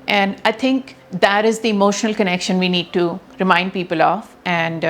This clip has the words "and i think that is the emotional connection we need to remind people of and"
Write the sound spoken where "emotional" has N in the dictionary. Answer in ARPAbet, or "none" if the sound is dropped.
N